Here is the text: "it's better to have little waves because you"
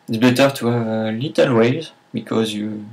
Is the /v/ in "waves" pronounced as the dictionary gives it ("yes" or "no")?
no